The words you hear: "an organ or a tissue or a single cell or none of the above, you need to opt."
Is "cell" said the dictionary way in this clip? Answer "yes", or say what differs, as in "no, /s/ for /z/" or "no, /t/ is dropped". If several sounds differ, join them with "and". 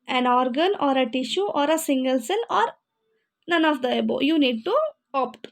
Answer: no, /n/ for /l/